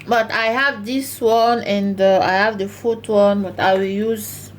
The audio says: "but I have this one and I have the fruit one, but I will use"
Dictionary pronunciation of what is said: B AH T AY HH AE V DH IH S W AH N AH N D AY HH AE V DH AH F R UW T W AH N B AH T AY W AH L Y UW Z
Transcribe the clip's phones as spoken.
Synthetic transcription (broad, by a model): B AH T AY HH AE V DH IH S W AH N AH N D AY HH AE V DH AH F UW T W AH N B AH T AY W AH L Y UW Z